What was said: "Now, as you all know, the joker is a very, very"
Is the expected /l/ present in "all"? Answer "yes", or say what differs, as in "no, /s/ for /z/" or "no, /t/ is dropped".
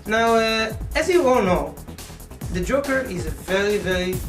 no, /n/ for /l/